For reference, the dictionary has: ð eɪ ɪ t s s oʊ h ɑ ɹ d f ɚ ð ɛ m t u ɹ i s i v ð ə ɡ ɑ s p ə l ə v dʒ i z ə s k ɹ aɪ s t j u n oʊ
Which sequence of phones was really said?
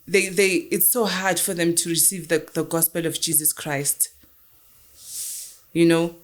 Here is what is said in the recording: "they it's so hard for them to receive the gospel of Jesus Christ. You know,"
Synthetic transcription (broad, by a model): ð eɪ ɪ t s s oʊ h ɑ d f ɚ ð ɛ m t u ɹ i s i v ð ə ɡ ɑ s p ə l ə v dʒ i z ə s k ɹ aɪ s t j u n oʊ